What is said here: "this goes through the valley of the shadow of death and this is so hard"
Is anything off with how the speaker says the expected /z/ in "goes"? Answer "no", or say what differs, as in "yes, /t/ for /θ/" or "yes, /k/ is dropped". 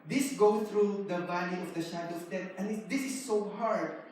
yes, /z/ is dropped